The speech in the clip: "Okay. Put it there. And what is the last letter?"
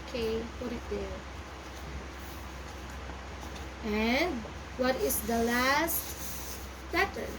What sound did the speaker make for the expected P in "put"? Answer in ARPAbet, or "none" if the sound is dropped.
F